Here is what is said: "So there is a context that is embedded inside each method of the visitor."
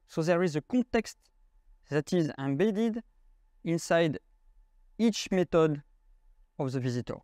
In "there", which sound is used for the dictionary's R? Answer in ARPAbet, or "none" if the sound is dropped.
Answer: R